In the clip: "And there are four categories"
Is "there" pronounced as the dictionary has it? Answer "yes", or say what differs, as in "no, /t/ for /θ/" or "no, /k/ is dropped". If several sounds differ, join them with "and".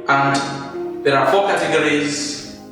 yes